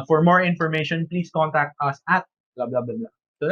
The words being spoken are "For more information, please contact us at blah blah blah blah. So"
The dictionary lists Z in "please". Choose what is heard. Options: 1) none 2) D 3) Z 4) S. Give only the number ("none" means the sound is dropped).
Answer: 4